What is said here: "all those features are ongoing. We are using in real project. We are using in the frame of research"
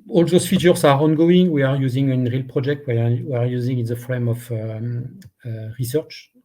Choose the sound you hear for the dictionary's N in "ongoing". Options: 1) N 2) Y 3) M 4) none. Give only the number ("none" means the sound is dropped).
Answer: 1